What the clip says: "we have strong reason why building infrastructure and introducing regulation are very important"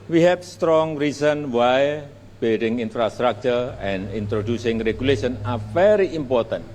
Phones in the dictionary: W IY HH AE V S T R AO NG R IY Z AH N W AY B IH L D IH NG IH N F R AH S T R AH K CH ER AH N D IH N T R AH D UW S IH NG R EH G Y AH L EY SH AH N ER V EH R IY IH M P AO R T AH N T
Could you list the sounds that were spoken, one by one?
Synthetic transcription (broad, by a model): W IY HH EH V S T R AO NG R IY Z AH N W AY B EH D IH NG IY N F R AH S T R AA K CH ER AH N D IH N T R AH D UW S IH NG R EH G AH L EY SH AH N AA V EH R IY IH M P AO R T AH N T